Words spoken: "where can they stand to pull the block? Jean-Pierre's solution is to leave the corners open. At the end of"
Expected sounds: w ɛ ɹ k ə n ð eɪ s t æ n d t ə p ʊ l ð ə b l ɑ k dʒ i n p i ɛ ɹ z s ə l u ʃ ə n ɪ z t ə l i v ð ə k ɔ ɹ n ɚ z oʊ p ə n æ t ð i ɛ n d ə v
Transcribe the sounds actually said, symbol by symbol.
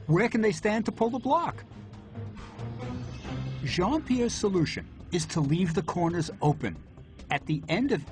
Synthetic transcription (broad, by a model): w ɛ ɹ k ə n ð eɪ s t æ n t ə p ʊ l ð ə b l ɑ k ʒ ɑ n p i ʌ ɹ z s ə l u ʃ ə n ɪ z t ə l i v ð ə k ɔ ɹ n ɚ z oʊ p ə n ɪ t ð i ɛ n d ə v